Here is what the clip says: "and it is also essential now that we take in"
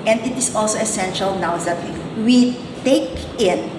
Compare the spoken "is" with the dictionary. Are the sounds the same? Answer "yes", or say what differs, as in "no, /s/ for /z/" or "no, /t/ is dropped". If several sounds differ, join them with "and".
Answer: no, /s/ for /z/